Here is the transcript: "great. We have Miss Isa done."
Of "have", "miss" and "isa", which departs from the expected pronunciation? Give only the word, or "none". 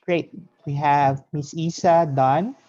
none